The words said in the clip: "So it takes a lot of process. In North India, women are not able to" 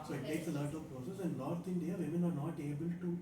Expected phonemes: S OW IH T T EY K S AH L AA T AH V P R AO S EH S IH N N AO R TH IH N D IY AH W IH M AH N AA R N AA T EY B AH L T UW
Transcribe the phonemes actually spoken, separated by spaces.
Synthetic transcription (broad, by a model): S OW IH T T EY K S AH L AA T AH P P R AO S EH S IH N N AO R T IH N D IY AH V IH M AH N AA R N AA T EY B AH L T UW